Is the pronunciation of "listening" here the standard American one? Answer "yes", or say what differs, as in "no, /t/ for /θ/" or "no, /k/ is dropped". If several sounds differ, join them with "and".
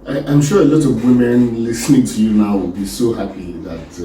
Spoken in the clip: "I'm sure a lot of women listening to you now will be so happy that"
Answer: yes